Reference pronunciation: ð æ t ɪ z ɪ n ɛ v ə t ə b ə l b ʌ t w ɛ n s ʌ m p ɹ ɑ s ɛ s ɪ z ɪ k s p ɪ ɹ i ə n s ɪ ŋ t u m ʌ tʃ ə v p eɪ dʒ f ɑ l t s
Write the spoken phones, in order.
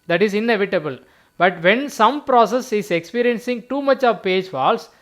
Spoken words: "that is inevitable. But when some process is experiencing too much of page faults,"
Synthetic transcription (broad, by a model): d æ t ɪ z ɪ n ɛ v ə t ə b ə l b ʌ t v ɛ n s ʌ m p ɹ ɑ s ɛ s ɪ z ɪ k s p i ɹ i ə n s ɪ ŋ t u m ʌ tʃ ə v p eɪ dʒ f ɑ l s